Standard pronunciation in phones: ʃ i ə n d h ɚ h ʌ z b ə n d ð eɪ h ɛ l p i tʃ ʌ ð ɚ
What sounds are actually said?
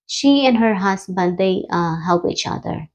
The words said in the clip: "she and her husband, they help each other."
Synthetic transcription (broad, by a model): ʃ i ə n h ɚ h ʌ s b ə l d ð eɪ h ɛ l p i tʃ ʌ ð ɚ